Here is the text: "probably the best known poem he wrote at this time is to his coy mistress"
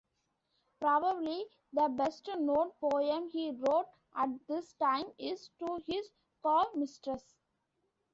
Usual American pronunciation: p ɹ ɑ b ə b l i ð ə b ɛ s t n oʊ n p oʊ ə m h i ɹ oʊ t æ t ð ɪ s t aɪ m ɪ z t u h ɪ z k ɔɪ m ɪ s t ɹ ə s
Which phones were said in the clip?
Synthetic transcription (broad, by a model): p ɹ ɑ b ə b l i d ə b ɛ s t n oʊ n p oʊ ə m h i ɹ oʊ t æ t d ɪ s t aɪ m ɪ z t u h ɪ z k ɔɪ m ɪ s t ɹ ə s